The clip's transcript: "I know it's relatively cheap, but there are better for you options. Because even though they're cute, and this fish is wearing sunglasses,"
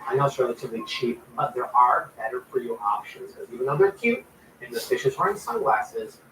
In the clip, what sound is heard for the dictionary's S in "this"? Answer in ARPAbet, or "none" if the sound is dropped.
none